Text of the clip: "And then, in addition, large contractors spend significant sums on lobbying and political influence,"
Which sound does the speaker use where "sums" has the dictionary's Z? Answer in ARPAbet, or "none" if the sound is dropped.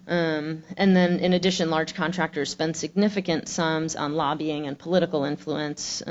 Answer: Z